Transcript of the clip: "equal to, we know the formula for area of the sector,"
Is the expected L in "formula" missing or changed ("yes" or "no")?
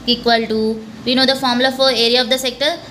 yes